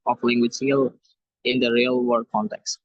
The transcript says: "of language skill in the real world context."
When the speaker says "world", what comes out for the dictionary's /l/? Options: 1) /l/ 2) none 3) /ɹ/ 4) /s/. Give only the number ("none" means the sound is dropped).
2